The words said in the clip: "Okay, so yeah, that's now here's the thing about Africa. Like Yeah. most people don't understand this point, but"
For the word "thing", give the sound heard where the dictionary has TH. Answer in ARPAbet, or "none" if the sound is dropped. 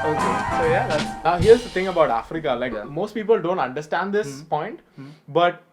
T